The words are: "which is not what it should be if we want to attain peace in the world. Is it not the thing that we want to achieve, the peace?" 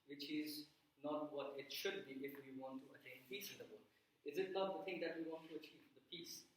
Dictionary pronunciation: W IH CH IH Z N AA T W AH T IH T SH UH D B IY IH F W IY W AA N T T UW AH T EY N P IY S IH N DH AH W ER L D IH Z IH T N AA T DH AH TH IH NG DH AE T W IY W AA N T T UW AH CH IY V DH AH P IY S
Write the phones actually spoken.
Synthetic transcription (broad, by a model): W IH CH IH Z N AA T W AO T IH T SH UH D B IY IH F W IY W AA N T T UW AH T EY N P IY S IH N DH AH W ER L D IH Z IH T N AA T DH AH T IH NG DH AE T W IY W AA N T T UW AH CH IY V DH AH P IY S